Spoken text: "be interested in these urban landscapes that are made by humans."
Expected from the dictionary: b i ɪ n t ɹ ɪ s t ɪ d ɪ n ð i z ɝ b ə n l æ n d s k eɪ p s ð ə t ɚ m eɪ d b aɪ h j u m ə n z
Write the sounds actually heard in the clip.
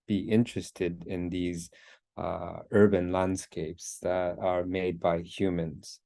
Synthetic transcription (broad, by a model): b i ɪ n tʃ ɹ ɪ s t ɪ d ɪ n ð i z ɝ b ə n l æ n d s k eɪ p s ð ə t ɚ m eɪ d b aɪ h j u m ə n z